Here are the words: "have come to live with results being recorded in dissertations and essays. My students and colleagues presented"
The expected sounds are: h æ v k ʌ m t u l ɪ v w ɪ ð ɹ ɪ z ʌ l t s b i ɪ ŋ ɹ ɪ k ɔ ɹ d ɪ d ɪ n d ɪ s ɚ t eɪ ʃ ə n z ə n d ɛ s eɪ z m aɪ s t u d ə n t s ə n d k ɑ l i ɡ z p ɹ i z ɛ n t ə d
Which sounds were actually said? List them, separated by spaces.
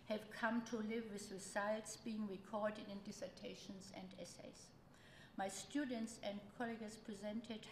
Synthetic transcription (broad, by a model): h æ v k ʌ m t u l ɪ v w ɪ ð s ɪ s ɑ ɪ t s b i ɪ ŋ ɹ ɪ k ɔ ɹ d ɪ d ɪ n d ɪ s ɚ t eɪ ʃ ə n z ə n d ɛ s eɪ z m aɪ s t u d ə n t s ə n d k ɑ l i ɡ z p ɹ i z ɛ n t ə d